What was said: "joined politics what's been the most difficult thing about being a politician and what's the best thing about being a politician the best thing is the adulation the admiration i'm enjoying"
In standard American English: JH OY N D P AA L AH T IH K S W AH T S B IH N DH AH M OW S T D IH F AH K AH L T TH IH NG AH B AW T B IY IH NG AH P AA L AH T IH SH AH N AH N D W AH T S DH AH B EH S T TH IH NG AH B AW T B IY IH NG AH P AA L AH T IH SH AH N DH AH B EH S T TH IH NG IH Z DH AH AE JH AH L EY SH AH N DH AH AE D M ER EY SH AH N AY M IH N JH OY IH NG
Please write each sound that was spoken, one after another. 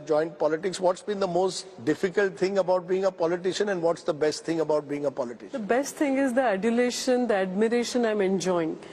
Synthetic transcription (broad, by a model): JH OY N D P AA L AH T IH K S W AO T S B IH N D AH M OW S T D IH F AH K AH L T T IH NG AH B AW T B IY IH NG AH P AA L AH T IH SH AH N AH N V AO T S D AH B EH S T T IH NG AH B AW T B IY IH NG AH P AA L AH T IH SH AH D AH B EH S T T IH NG IH Z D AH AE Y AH L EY SH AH N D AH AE D M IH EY SH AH N AY M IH N JH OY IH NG